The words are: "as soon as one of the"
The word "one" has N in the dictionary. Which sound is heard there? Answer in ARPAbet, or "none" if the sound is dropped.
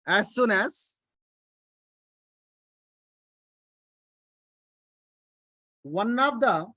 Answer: N